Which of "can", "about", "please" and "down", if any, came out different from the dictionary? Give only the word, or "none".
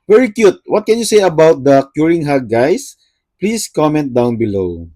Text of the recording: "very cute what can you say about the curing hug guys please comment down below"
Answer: please